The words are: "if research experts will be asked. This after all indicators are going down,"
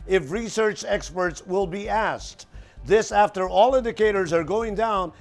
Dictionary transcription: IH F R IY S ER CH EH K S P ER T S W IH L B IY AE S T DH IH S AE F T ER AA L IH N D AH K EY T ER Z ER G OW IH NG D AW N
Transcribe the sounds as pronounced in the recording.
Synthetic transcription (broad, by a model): IH F R IY S ER CH EH K S P ER T S W IH L B IY AE S T DH IH S AE F T ER AA L IH N D AH K EY T ER Z ER G OW IH NG D AW N